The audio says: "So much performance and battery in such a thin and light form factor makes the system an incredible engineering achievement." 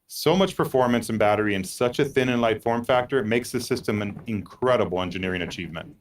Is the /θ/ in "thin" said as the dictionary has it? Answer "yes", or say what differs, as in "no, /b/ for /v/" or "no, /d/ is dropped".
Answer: yes